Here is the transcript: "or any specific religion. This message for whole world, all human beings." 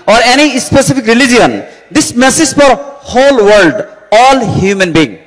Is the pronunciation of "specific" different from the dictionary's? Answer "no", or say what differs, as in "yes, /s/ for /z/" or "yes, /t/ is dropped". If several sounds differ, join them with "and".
yes, /p/ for /f/